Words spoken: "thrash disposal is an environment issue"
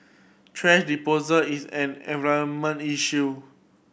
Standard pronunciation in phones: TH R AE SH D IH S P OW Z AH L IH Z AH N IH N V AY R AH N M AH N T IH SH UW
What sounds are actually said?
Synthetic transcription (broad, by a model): T R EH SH D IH P OW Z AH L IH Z AH N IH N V AY AH M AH N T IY SH UW